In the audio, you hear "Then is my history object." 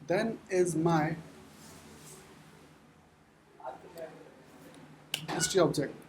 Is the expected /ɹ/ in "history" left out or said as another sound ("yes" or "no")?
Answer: yes